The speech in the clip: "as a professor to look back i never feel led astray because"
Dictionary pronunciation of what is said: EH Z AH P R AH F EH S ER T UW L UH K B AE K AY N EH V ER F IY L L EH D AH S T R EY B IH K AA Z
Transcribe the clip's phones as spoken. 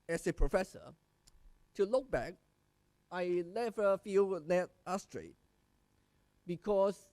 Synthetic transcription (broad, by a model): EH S AH P R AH F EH S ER T UW L UH K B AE K AY L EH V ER F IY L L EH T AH S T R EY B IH K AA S